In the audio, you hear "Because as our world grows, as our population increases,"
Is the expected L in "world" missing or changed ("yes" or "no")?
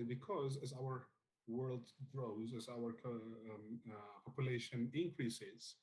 no